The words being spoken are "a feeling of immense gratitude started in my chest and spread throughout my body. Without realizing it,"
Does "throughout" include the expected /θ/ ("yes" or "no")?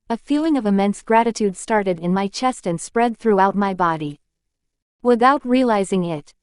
yes